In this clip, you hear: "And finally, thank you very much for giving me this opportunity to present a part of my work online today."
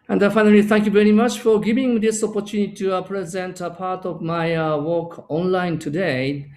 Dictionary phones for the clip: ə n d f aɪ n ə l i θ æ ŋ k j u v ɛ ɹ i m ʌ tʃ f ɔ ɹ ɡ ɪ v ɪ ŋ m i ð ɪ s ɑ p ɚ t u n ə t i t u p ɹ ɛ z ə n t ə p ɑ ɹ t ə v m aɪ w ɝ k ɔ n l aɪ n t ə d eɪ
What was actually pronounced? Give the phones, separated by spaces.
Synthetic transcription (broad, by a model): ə n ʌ f aɪ n ə l i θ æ ŋ k j u v ɛ ɹ i m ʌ tʃ f ɔ ɹ ɡ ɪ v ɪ ŋ m i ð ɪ s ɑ p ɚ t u n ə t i t u p ɹ ɛ z ə n t ə p ɑ ɹ t ə v m aɪ w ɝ k ɔ n l aɪ n t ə d eɪ